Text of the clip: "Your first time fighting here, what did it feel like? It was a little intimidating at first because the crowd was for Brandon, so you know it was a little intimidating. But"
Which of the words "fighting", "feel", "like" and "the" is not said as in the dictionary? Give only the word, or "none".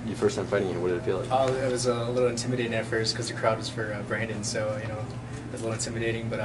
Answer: like